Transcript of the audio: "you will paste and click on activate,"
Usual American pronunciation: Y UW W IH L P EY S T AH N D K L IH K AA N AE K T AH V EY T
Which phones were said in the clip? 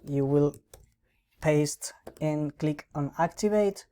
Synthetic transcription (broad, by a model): Y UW W IH L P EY S T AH N K L IH K AA N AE K T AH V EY T